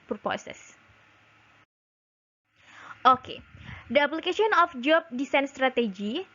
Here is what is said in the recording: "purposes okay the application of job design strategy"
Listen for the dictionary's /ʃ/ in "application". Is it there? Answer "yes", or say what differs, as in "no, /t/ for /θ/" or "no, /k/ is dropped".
no, /s/ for /ʃ/